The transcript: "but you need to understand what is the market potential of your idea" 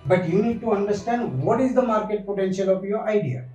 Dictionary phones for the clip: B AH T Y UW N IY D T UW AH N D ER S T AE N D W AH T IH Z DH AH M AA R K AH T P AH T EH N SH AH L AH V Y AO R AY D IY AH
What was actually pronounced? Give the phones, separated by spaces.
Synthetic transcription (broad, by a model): B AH T Y UW N IY D T UW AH N D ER S T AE N D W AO T IH Z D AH M AA R K AH T P AH T EH N SH AH L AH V Y AO R AY D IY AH